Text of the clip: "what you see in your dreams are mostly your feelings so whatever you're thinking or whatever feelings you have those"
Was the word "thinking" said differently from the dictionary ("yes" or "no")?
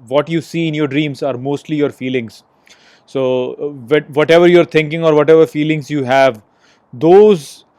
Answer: yes